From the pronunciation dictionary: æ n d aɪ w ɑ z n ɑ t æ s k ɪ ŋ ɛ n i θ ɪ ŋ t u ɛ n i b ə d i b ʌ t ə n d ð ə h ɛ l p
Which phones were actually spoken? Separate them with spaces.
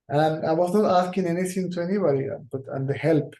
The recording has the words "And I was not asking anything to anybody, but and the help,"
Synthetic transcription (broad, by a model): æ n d aɪ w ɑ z n ɑ t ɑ s k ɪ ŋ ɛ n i t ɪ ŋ t u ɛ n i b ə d i b ʌ t ə n d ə h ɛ l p